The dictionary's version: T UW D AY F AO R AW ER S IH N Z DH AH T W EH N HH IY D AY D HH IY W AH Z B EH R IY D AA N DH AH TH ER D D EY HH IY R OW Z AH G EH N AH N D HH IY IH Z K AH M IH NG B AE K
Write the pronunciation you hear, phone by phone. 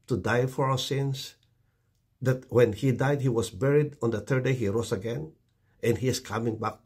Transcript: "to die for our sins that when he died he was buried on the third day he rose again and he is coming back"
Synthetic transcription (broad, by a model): T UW D AY F AO R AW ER S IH N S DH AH T W EH N HH IY D AY D HH IY W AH S B EH R IY D AA N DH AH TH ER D D EY HH IY R OW S AH G EH N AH N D HH IY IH S K AH M IH NG B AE K